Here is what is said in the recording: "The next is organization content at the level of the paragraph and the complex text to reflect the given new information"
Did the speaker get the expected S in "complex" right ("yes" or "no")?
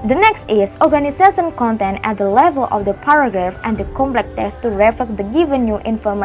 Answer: no